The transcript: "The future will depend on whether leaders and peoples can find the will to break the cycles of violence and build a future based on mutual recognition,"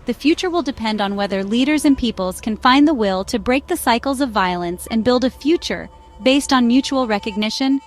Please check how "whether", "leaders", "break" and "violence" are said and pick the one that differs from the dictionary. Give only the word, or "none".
none